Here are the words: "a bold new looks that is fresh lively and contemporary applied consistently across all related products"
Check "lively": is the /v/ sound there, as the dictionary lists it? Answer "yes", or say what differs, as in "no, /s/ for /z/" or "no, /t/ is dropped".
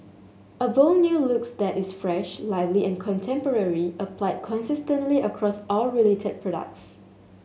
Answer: yes